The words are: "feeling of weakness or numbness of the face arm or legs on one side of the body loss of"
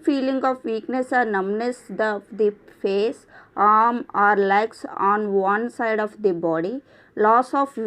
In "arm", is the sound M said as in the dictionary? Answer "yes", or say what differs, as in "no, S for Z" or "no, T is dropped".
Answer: yes